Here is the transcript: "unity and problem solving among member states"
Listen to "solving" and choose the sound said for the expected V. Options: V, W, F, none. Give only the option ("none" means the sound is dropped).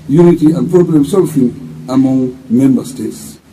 F